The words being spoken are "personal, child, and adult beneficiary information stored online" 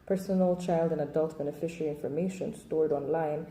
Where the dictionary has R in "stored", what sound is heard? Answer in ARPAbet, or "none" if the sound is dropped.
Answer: R